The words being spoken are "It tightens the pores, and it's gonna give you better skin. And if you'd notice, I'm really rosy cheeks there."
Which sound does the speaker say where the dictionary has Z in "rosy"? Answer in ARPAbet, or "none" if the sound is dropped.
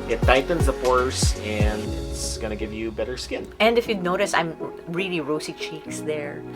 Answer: S